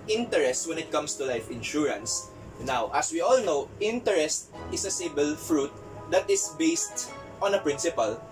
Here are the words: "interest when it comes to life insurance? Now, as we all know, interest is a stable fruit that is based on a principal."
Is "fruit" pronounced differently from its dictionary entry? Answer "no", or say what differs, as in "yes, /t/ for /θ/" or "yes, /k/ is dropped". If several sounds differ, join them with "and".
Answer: no